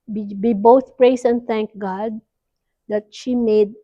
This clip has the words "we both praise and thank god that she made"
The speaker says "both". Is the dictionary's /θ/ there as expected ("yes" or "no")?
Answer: no